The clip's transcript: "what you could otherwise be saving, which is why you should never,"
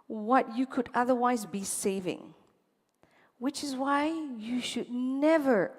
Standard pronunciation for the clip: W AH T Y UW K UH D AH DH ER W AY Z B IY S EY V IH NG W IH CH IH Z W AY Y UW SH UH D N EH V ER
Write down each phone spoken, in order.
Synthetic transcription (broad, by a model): W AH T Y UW K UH D AH DH ER W AY Z B IY S EY V IH NG W IH CH IH Z W AY Y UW SH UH D N EH V ER